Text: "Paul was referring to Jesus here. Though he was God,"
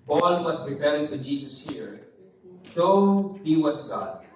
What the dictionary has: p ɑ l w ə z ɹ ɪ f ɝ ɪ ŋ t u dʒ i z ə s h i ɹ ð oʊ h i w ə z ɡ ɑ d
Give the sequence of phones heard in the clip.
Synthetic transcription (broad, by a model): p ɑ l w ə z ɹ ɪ p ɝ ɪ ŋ t u dʒ i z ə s h i ɹ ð oʊ h i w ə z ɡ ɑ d